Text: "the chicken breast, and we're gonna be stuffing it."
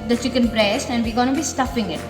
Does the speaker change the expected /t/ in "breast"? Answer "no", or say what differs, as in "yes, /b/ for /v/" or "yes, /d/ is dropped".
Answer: no